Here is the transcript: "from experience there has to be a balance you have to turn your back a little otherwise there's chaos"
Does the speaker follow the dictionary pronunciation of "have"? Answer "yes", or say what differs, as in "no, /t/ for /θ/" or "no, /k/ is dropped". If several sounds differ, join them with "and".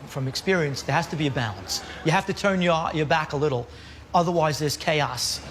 no, /f/ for /v/